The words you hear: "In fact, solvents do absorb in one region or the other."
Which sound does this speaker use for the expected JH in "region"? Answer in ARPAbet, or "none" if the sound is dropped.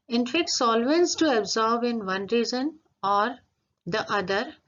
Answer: Z